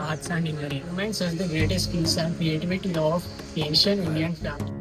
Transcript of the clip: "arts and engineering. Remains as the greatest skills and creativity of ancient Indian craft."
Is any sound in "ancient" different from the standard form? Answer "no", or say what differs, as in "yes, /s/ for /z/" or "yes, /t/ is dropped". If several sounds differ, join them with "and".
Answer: yes, /t/ is dropped